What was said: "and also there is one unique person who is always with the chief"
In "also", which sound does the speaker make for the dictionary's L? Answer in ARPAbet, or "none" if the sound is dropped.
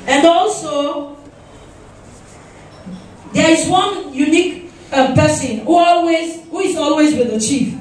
L